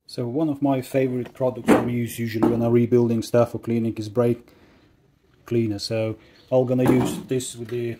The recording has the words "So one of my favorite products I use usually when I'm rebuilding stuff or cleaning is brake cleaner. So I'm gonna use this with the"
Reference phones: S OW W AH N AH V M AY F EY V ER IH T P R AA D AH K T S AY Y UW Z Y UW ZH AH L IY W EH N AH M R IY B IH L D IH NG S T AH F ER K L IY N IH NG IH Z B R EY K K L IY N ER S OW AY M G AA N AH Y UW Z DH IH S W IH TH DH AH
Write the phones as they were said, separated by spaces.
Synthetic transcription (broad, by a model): S OW W AH N AH V M AY F EY V ER IH T P R AA D AH K T S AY Y UW Z Y UW ZH AH L IY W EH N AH R IY B IH L D IH NG S T AH F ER K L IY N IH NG IH Z B R EY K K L IY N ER S OW AY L G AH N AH Y UW Z DH IH S W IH DH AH